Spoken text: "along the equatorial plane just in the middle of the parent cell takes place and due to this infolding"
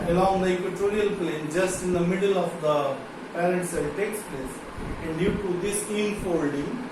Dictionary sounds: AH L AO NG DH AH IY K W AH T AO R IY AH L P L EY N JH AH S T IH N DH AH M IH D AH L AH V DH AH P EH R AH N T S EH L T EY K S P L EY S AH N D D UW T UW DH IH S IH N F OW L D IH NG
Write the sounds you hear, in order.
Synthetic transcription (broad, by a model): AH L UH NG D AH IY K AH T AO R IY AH L P L EY N JH AH S T IH N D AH M IH D AH L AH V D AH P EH L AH T S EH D T EY K S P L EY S AH N D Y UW T UW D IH S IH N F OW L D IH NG